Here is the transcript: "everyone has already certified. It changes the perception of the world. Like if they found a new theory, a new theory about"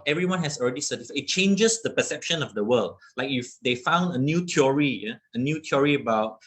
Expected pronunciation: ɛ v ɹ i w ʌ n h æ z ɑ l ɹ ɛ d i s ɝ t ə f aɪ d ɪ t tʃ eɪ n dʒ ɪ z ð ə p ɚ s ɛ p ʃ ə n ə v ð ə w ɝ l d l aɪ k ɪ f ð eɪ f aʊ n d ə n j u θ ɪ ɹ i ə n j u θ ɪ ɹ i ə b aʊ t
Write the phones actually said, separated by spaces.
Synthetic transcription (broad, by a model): ɛ v ɹ i w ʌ n h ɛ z ɑ l ɹ ɛ d i s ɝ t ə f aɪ ɪ t tʃ eɪ n dʒ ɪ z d ə p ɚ s ɛ p ʃ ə n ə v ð ə w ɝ l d l aɪ k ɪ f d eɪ f aʊ n d ə n j u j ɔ ɹ i ə n j u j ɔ ɹ i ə b aʊ t